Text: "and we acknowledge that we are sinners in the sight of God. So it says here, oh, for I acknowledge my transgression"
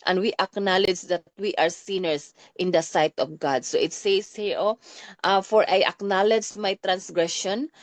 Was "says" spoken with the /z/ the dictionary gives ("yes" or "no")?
no